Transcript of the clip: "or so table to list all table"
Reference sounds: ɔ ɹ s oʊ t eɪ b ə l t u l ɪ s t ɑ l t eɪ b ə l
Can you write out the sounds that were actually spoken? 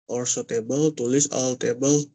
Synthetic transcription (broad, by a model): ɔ ɹ s oʊ t eɪ b ə l t u l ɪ s ɑ l t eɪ b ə l